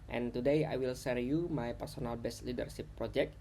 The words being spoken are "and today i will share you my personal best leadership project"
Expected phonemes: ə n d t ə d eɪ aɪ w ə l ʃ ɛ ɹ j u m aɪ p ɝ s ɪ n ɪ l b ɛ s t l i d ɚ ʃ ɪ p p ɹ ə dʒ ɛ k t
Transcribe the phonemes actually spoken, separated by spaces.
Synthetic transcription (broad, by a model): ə n t ə d eɪ aɪ w ə l s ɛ ɹ j u m aɪ p ɝ s ɪ n ɪ l b ɛ s t l i d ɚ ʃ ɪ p p ɹ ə dʒ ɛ k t